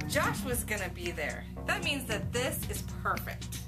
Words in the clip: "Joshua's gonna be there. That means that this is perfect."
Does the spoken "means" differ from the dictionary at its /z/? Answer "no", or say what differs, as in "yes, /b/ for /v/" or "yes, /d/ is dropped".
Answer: no